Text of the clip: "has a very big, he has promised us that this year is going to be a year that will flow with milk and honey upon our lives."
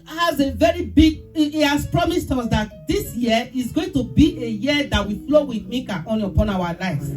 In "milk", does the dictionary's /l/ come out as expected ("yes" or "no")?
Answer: no